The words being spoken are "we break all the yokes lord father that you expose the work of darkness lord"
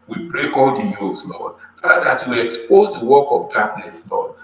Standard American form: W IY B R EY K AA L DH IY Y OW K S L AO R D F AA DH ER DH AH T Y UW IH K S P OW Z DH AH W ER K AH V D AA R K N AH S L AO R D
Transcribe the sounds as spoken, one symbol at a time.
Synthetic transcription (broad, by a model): W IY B R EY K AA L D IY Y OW S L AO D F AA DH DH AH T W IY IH K S P OW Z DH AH W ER K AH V D AA K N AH S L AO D